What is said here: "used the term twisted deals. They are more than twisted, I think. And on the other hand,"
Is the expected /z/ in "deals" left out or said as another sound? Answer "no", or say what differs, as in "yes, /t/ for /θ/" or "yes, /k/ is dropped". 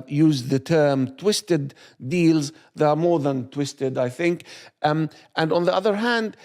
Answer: no